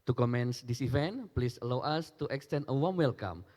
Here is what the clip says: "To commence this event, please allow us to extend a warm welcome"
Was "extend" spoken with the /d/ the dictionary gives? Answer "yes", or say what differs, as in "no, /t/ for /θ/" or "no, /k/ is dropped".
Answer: no, /d/ is dropped